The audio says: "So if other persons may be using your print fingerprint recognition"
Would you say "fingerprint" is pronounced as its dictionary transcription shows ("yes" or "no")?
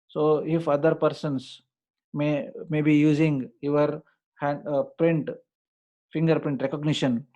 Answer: yes